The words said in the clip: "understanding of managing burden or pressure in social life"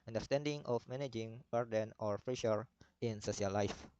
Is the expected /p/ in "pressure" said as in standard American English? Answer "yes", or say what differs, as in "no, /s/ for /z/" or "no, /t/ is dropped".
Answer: no, /f/ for /p/